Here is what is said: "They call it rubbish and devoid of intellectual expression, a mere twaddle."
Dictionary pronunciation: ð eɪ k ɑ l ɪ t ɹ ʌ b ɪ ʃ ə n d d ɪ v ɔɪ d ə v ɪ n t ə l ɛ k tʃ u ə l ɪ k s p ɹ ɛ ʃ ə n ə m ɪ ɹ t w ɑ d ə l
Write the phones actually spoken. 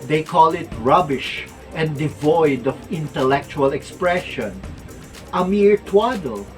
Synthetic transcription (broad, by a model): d eɪ k ɑ l ɪ t ɹ ʌ b ɪ ʃ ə n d d ɪ v ɔɪ d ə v ɪ n t ə l ɛ k tʃ u ə l ɪ k s p ɹ ɛ ʃ ə n ə m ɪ ɹ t w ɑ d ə l